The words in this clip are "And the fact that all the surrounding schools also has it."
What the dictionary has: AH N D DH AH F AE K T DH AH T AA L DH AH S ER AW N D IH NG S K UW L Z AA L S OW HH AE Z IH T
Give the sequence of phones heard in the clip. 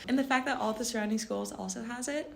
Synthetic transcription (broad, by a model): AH N DH AH F AE K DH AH T AA L DH AH S ER AW N D IH NG S K UW L Z AA L S OW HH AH Z IH T